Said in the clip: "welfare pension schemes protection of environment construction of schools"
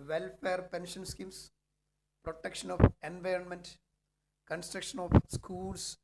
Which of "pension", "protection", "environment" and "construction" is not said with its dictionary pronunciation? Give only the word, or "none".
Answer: none